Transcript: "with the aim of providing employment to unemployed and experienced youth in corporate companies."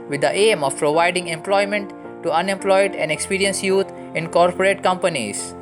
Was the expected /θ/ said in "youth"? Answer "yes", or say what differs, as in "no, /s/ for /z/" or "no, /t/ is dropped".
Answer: no, /t/ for /θ/